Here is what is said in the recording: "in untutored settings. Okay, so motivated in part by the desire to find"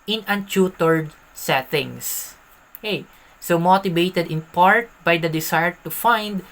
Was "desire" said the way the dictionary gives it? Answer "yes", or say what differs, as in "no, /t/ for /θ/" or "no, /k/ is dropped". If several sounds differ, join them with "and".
no, /s/ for /z/